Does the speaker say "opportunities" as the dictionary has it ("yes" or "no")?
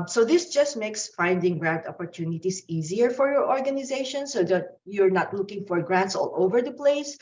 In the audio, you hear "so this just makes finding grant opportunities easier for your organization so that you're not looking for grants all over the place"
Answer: no